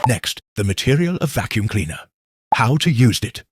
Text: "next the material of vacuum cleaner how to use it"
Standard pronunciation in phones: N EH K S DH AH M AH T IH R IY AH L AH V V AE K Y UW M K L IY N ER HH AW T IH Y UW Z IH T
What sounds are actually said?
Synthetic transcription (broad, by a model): N EH K S DH AH M AH T IH R IY AH L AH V V AE K Y UW M K L IY N ER HH AW T IH Y UW Z IH T